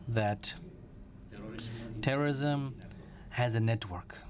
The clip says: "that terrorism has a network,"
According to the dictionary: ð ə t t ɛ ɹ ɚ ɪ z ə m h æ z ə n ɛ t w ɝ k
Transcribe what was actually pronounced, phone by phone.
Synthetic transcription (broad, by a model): ð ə t t ɛ ɹ ɚ ɪ z ə m h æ z ə n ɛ t w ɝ k